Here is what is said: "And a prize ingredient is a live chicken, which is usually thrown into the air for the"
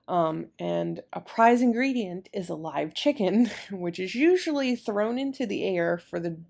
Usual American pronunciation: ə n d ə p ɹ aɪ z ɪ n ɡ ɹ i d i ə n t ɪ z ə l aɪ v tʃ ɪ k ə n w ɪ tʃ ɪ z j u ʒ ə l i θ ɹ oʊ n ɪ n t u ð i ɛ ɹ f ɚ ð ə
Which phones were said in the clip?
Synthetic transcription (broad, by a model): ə n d ə p ɹ aɪ z ɪ n ɡ ɹ i d i ə n t ɪ z ə l aɪ v tʃ ɪ k ə n w ɪ tʃ ɪ z j u ʒ l i θ ɹ oʊ n ɪ n t u ð i ɛ ɹ f ɚ ð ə